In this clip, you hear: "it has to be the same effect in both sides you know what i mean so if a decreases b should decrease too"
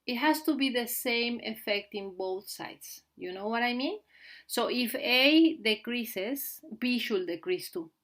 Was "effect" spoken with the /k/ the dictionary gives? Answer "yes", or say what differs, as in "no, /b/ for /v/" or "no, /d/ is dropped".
yes